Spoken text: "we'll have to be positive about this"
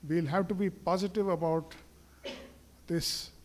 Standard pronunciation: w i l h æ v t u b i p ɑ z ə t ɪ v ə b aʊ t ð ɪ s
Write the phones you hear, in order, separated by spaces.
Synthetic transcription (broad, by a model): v i l h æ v t u b i p ɑ z ə t ɪ v ə b aʊ t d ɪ s